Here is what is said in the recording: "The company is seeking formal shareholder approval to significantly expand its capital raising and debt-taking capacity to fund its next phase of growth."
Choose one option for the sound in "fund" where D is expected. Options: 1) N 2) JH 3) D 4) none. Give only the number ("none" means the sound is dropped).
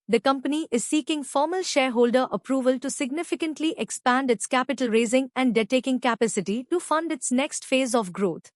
3